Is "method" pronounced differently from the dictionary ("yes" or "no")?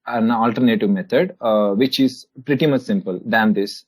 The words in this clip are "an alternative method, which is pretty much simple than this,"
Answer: yes